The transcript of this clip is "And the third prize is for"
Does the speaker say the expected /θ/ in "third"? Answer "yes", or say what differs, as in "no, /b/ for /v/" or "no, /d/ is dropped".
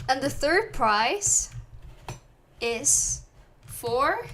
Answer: yes